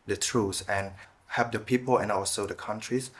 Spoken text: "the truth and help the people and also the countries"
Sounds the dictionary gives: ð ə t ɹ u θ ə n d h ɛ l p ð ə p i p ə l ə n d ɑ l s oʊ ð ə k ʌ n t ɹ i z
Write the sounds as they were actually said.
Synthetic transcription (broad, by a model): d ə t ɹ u s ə n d h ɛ p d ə p i p ə l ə n ɑ l s oʊ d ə k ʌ n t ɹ i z